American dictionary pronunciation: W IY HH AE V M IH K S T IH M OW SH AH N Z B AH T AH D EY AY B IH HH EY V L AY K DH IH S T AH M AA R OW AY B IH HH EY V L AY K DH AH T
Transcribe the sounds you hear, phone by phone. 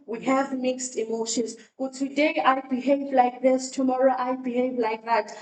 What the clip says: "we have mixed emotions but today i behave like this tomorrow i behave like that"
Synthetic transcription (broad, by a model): W IY HH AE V M IH K S T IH M OW SH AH N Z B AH T AH D EY AY B IH HH EY V L AY K DH IH S T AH M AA R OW AY B IH HH EY V L AY K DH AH T